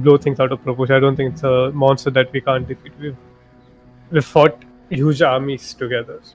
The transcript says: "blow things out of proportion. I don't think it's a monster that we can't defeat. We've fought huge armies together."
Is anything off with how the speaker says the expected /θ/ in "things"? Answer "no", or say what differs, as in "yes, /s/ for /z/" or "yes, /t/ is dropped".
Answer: yes, /t/ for /θ/